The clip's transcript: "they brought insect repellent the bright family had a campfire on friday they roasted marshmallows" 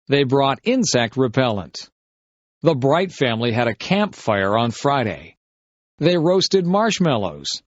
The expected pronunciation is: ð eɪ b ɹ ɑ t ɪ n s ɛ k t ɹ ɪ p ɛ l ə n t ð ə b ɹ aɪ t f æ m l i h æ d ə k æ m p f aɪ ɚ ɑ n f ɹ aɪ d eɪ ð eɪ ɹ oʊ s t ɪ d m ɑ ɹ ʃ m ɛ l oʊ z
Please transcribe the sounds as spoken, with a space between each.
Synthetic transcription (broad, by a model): ð eɪ b ɹ ɑ t ɪ n s ɛ k t ɹ ɪ p ɛ l ə n t ð ə b ɹ aɪ t f æ m l i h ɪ d ə k æ m p f aɪ ɚ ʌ n f ɹ aɪ d eɪ ð eɪ ɹ oʊ s t ɪ d m ɑ ɹ ʃ m ɛ l oʊ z